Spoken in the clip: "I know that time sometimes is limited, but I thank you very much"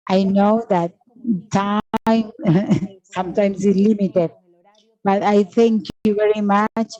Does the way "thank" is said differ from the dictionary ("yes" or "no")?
yes